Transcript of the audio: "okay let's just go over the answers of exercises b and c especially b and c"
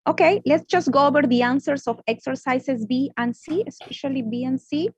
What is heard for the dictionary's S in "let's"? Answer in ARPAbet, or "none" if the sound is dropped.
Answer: S